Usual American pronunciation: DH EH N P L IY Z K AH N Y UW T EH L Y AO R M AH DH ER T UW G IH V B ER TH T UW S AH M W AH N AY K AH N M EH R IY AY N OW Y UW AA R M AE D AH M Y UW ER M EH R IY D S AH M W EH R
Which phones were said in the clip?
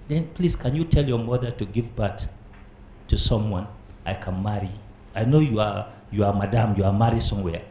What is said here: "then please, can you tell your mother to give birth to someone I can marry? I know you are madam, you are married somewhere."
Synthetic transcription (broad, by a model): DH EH N P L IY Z K AH N Y UW T EH L Y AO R M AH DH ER T UW G IH V B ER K T UW S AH M W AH N AY K AH N M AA R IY AY N OW Y UW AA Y M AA D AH M Y UW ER M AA R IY S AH M W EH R